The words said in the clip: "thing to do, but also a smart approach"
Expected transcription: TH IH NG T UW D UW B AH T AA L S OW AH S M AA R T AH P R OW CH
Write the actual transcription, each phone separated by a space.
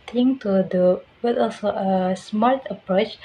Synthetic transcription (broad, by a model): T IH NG T UW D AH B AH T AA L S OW AH S M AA L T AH P R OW CH